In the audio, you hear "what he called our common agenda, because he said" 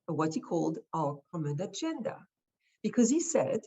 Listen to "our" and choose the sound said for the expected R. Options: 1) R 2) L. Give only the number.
2